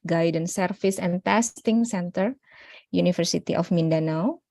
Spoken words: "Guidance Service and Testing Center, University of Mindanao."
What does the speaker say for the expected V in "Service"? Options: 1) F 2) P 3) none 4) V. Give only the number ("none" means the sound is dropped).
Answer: 1